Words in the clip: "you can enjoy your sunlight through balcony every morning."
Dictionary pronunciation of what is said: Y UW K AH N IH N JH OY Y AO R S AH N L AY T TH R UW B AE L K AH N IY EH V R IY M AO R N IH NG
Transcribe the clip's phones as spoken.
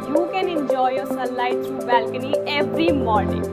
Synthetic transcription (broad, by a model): Y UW K AH N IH N JH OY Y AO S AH L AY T T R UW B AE L K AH N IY EH V R IY M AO R N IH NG